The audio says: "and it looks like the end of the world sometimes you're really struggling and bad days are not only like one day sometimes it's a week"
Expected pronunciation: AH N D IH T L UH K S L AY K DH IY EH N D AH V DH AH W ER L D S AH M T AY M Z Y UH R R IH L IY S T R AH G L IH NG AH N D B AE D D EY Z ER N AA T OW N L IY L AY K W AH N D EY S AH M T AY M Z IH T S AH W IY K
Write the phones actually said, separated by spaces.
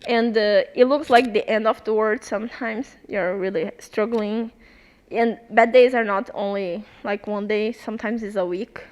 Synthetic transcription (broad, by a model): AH N D IH T L UH K S L AY K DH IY EH N D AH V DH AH W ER D S AH M T AY M Z Y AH R R IH L IY S T R AH G L IH NG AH N B AE D D EY Z ER N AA T OW N L IY L AY K W AH N D EY S AH M T AY M Z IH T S AH W IY K